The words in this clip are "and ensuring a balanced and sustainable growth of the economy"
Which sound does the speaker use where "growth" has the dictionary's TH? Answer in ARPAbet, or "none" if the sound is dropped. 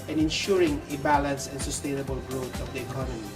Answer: T